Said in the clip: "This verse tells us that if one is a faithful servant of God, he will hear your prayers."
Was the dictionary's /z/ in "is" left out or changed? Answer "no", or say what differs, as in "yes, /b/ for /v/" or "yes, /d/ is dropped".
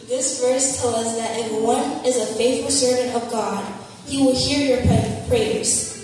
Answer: no